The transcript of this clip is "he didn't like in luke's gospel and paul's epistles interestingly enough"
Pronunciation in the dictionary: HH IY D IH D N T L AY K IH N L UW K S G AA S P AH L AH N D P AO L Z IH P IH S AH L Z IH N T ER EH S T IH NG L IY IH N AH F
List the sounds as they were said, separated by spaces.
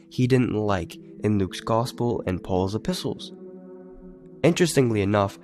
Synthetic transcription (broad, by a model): HH IY D IH D N T L AY K IH N L UW K S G AA S P L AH N P AO L Z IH P IH S L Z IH N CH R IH S T IH NG L IY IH N AH F